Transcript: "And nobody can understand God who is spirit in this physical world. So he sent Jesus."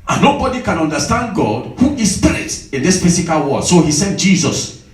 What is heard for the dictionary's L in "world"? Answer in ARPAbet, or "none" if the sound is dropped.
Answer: none